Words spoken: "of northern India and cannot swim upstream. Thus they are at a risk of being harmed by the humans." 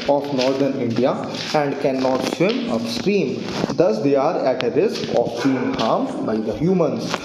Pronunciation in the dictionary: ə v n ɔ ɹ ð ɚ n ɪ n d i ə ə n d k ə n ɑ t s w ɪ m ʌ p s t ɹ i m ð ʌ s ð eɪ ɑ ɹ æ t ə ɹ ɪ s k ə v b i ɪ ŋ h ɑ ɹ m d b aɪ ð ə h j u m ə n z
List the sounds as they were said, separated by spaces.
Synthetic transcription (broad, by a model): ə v n ɔ ɹ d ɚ n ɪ n d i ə ə n d k ə n ɑ t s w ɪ m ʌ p s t ɹ i m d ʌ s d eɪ ɑ ɹ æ t ə ɹ ɪ s k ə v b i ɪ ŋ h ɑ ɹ m b aɪ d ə h j u m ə n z